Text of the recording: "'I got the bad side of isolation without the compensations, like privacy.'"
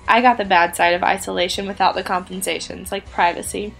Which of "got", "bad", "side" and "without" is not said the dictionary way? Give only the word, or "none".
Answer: none